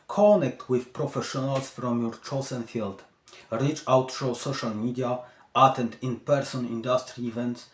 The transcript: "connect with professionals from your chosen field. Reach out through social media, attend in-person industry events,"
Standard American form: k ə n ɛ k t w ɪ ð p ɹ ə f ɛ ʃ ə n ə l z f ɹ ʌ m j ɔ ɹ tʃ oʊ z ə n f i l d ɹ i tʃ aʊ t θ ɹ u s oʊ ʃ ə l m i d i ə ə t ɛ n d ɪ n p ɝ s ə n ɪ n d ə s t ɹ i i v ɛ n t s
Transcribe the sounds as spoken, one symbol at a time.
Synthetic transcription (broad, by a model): k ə n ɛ k t w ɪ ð p ɹ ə f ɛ ʃ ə n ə l s f ɹ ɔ m j ɔ ɹ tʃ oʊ s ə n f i l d ɹ i tʃ aʊ t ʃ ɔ s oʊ ʃ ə l m i d i ə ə t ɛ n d ɪ n p ɝ s ə n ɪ n d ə s t ɹ i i v ɛ n t s